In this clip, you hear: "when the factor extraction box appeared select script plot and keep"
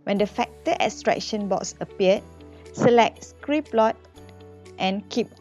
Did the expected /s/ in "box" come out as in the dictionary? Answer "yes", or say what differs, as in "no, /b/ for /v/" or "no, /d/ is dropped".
yes